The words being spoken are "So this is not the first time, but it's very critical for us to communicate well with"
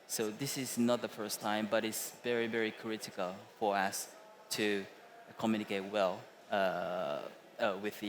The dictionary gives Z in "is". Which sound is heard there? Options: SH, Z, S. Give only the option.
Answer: Z